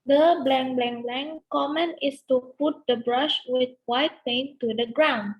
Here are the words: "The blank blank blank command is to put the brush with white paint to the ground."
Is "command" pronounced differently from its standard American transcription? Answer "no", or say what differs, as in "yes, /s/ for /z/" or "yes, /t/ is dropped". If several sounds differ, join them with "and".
yes, /d/ is dropped